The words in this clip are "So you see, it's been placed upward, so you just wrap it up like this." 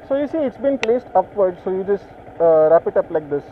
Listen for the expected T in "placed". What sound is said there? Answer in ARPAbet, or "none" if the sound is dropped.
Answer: T